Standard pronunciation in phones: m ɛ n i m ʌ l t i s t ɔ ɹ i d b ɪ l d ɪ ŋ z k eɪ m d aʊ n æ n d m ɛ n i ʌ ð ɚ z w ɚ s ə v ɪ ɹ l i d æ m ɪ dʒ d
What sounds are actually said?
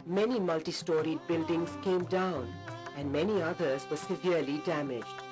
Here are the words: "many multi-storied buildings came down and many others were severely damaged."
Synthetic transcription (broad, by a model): m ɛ n i m ʌ l t i s t ɔ ɹ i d b ɪ l d ɪ ŋ z k eɪ m d aʊ n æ n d m ɛ n i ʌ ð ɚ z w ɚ s ə v ɪ ɹ l i d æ m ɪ dʒ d